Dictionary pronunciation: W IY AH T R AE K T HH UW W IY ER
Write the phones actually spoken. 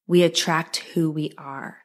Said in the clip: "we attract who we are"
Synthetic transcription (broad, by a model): W IY AH T R AE K T HH UW W IY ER